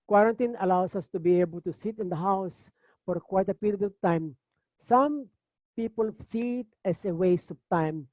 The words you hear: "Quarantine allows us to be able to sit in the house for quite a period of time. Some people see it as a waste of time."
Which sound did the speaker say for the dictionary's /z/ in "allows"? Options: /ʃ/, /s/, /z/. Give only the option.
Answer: /s/